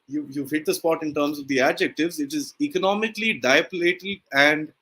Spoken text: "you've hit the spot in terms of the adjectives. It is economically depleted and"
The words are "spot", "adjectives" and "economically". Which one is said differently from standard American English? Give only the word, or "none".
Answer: none